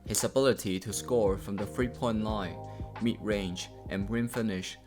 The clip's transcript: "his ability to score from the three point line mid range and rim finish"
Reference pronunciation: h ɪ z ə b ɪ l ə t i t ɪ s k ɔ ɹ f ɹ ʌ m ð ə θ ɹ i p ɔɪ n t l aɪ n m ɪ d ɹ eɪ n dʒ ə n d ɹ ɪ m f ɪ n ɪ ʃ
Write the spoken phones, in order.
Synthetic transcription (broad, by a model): h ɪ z ə b ɪ l ə t i t ɪ s k ɔ ɹ f ɹ ʌ m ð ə f ɹ i p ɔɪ n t l aɪ n m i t ɹ eɪ n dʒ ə n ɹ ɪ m f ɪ n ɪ ʃ